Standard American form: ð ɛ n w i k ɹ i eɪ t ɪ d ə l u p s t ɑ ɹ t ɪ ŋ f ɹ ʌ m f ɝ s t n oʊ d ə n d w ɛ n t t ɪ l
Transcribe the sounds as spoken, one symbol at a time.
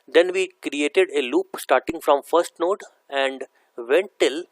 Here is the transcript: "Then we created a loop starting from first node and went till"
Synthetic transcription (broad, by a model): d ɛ n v i k ɹ i eɪ t ɪ d ə l u p s t ɑ ɹ t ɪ ŋ f ɹ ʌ m f ɝ s t n oʊ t ə n d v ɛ n t t ɪ l